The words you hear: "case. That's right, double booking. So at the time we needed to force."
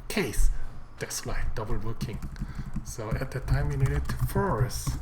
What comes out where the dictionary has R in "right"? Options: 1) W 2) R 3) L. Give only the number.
3